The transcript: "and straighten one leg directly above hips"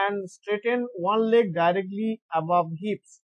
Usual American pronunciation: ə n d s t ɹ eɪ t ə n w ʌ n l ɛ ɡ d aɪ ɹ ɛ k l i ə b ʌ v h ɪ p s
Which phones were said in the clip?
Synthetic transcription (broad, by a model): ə n d s t ɹ eɪ t ə n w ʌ n l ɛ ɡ d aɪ ɹ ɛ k l i ə b ʌ v h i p s